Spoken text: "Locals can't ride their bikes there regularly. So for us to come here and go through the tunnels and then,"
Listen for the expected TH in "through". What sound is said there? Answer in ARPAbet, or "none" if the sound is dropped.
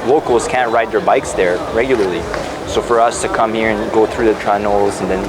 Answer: TH